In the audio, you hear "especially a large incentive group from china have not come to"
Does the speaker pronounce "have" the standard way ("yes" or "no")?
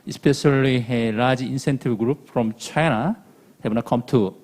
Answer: no